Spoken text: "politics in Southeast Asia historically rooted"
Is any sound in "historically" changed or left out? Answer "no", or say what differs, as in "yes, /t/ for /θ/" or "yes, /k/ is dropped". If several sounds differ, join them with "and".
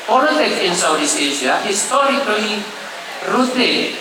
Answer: yes, /l/ is dropped